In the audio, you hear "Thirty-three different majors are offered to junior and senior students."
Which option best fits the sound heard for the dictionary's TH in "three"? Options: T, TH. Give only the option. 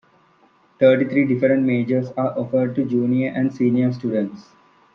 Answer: T